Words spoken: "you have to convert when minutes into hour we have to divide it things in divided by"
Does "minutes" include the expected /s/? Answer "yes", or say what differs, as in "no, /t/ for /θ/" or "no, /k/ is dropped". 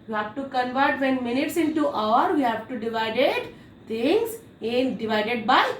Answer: yes